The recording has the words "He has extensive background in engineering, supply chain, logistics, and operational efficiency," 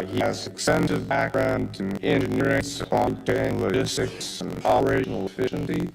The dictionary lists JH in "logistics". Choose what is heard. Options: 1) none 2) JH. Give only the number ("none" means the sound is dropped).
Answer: 1